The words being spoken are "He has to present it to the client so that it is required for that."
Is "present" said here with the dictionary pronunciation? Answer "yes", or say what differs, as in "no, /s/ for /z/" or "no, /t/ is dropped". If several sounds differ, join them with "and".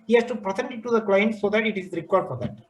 no, /s/ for /z/